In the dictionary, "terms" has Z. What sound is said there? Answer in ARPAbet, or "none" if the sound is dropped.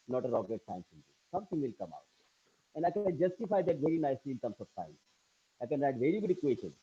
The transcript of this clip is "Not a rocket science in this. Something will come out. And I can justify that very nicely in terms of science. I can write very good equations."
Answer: S